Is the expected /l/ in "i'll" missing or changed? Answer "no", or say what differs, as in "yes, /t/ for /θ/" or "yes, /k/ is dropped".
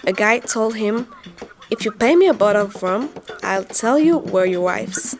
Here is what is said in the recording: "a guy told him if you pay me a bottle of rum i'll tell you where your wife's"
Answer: no